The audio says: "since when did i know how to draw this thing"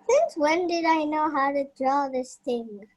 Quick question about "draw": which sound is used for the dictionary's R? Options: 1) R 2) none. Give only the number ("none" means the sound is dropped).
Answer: 1